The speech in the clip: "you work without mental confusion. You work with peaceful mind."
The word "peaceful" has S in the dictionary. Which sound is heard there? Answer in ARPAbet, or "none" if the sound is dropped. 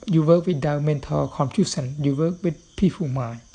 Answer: none